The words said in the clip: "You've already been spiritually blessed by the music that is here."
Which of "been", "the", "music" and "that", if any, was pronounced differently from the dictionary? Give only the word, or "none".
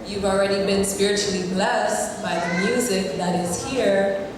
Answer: none